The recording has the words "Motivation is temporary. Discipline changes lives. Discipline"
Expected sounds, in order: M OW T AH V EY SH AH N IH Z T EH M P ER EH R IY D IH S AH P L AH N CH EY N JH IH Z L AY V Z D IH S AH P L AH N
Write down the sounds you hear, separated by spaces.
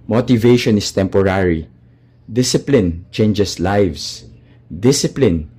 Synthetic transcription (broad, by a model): M OW T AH V EY SH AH N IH S T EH M P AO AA R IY D IH S AH P L AH N CH EY N JH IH S L AY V S D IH S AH P L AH N